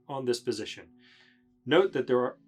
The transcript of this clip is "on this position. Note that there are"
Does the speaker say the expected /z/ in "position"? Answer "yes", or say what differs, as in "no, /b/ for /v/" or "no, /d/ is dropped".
yes